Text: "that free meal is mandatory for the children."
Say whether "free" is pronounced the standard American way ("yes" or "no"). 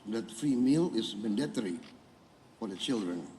no